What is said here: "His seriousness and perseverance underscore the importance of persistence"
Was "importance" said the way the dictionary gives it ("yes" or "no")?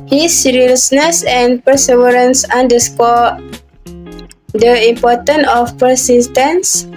no